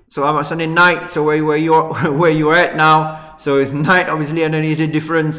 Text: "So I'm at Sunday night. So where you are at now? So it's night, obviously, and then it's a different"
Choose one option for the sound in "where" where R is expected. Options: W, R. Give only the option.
W